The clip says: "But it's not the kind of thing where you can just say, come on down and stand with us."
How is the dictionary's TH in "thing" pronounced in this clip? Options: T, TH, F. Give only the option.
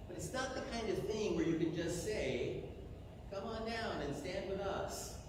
TH